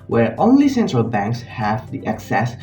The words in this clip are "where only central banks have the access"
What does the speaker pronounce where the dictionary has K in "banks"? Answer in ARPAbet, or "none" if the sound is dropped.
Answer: K